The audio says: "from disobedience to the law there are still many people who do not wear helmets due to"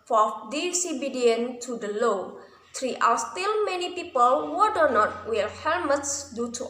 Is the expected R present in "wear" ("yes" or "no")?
no